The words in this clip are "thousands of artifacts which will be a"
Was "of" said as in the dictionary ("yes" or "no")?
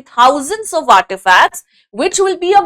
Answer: yes